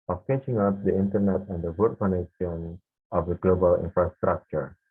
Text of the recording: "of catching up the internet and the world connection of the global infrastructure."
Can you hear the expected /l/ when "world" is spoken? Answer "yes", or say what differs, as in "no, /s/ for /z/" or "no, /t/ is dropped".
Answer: no, /l/ is dropped